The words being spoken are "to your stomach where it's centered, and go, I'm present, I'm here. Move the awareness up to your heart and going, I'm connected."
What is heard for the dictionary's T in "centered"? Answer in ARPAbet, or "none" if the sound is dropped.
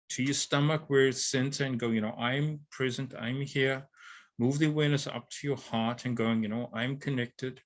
S